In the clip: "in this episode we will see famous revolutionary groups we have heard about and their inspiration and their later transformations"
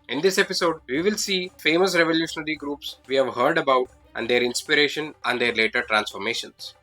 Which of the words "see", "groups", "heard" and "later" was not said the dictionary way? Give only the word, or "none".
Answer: none